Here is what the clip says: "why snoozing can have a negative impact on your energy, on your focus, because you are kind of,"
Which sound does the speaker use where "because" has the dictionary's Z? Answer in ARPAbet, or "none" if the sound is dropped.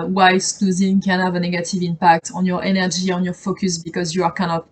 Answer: Z